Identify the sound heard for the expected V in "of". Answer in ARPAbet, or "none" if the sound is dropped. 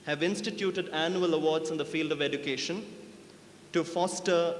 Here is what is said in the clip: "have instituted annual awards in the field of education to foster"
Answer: V